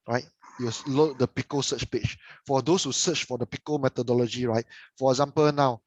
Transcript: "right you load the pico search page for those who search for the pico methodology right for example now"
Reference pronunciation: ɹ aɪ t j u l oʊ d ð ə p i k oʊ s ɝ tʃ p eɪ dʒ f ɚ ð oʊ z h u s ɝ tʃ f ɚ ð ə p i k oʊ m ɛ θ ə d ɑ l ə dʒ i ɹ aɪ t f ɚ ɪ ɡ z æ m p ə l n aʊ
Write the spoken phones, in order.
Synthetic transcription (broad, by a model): ɹ aɪ t j u l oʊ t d ə p i k oʊ s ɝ tʃ p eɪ tʃ f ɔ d oʊ s h u s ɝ tʃ f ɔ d ə p i k oʊ m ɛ t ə d ɑ l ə dʒ i ɹ aɪ t f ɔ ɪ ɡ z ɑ m p ə l n aʊ